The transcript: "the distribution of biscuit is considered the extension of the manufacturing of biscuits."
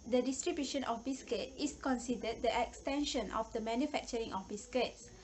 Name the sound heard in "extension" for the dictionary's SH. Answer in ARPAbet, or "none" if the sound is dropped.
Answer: SH